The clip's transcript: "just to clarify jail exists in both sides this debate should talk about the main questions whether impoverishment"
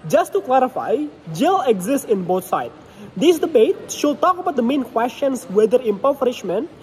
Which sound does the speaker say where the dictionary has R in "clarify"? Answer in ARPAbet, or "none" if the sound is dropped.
R